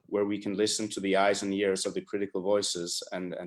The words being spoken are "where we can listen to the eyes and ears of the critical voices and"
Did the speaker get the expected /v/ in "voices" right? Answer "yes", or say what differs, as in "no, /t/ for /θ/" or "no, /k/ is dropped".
yes